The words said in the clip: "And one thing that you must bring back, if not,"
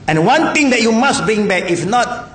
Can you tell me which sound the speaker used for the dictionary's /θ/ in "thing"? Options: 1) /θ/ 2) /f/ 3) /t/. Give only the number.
3